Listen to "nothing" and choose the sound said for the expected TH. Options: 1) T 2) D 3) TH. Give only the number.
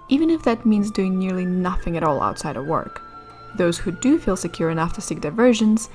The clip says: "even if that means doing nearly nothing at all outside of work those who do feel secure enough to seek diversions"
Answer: 3